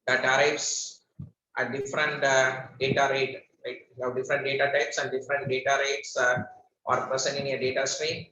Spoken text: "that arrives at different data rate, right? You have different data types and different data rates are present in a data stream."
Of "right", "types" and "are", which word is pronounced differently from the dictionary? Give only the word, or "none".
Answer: right